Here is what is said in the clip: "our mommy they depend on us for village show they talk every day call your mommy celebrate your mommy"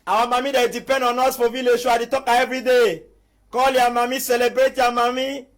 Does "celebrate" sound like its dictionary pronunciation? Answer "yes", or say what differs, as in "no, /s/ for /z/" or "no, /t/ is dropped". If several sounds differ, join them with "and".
yes